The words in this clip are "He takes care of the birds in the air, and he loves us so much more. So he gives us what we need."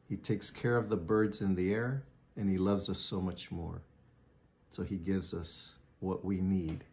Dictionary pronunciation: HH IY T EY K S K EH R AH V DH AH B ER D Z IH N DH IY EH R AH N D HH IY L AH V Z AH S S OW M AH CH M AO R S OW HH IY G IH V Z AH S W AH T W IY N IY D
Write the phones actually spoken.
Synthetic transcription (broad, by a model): HH IY T EY K S K EH R AH V DH AH B ER D Z IH N DH IY EH R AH N IY L AH V Z AH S S OW M AH CH M AO R S OW IY G IH V Z AH S W AH T W IY N IY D